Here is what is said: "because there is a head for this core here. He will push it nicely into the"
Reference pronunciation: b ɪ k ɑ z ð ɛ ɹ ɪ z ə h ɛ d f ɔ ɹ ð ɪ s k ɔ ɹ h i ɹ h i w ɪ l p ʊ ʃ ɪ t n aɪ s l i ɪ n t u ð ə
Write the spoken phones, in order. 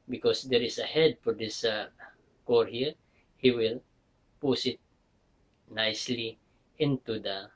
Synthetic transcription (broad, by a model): b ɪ k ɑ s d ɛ ɹ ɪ s ə h ɛ d f ɔ ɹ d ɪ s k ɔ ɹ h i ɹ h i w ɪ l p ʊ s ɪ t n aɪ s l i ɪ n t u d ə